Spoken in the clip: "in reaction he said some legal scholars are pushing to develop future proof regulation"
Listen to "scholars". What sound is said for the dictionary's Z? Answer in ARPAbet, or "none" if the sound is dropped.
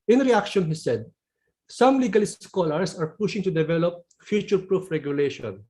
S